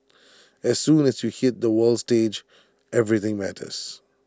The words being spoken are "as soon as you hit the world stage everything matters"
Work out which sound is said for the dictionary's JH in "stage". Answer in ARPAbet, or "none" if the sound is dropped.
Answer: JH